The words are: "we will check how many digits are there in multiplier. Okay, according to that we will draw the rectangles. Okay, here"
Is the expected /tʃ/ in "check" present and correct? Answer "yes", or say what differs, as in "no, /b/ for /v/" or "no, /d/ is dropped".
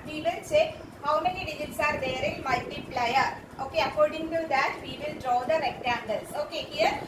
no, /s/ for /tʃ/